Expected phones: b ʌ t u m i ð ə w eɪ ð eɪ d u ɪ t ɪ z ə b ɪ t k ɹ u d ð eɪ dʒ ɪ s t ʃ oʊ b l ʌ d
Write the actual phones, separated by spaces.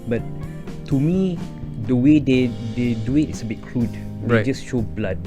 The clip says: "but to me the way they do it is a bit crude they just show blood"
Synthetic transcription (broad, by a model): b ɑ t u m i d ə w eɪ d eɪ d u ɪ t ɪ s ə b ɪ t k l u d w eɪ dʒ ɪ s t ʃ oʊ b l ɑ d